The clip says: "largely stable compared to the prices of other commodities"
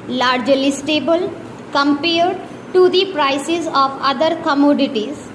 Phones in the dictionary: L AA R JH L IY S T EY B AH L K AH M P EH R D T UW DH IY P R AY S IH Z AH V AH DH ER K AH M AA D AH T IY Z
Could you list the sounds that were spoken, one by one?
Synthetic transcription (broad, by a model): L AA R JH L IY S T EY B AH L K AH M P EH R D T UW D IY P R AY S IH Z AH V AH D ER K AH M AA D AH T IY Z